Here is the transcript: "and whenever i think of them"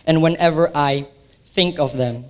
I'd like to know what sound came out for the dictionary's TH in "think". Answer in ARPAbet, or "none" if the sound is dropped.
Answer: TH